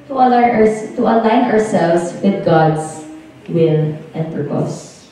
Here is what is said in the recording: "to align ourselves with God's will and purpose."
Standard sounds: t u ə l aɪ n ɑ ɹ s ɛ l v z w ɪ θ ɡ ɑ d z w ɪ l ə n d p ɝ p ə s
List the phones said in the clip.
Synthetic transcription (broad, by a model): t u ə l aɪ n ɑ ɹ s ɛ l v s w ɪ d ɡ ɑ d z w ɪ n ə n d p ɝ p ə s